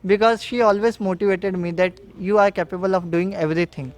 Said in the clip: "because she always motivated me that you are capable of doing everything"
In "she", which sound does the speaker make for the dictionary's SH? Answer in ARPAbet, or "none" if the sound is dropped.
SH